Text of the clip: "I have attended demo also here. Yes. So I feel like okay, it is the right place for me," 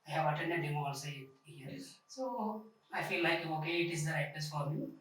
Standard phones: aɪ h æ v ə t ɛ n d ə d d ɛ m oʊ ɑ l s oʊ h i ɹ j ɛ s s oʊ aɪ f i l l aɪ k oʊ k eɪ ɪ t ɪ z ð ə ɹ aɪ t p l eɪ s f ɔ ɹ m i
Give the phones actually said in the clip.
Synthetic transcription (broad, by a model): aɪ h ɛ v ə t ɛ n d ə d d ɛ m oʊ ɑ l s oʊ h i ɹ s s oʊ aɪ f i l l aɪ k oʊ k eɪ ɪ t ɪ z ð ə ɹ aɪ t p eɪ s f ɔ ɹ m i